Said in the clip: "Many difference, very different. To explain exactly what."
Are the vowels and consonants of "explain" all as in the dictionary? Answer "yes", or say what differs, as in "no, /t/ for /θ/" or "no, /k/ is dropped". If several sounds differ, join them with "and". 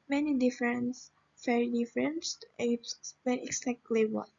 no, /k/ is dropped